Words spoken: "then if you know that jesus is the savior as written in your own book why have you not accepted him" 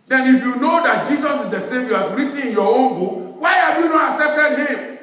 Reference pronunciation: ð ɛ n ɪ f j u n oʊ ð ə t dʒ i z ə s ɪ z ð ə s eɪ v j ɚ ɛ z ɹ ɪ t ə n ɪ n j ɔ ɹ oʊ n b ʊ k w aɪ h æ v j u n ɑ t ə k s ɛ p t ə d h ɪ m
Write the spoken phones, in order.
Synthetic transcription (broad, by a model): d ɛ n ɪ f j u n oʊ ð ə t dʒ i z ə s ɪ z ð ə s eɪ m j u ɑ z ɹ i t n ɪ n j ɔ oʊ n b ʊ w aɪ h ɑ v j u n ɑ t ə k s ɛ p t ə d h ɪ m